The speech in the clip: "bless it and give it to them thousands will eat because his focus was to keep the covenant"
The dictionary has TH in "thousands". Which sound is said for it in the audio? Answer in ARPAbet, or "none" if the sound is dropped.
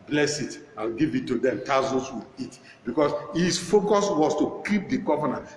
T